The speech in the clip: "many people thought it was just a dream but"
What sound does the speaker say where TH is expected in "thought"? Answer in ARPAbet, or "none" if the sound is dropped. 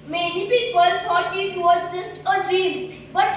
T